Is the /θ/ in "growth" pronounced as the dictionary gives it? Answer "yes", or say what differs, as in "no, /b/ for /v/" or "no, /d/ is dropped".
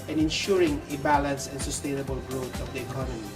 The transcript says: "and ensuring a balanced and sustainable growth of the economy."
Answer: no, /t/ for /θ/